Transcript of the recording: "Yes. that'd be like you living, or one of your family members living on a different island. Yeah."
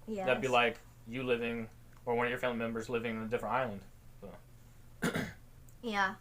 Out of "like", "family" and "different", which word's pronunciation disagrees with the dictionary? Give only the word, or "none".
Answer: family